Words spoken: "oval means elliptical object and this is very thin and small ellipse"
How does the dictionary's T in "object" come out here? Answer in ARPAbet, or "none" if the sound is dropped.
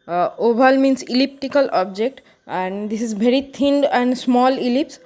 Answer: T